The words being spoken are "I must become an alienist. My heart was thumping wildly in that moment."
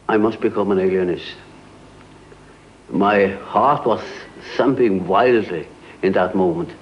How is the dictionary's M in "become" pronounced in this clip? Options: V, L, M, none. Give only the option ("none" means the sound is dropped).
M